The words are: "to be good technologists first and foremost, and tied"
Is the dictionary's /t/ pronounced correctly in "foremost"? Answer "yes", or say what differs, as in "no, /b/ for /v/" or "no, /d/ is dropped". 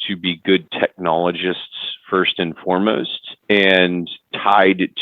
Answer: yes